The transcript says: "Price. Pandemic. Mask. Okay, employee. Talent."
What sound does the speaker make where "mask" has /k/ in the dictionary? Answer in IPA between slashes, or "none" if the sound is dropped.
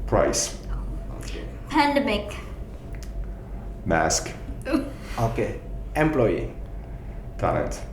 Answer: /k/